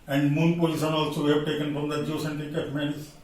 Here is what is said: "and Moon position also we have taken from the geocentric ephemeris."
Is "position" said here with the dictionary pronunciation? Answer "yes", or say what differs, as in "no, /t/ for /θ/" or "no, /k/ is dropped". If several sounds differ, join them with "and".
no, /s/ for /ʃ/